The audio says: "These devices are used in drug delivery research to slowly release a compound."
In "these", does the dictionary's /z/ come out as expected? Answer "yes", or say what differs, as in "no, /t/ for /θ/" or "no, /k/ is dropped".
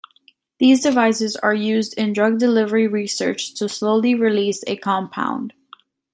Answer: yes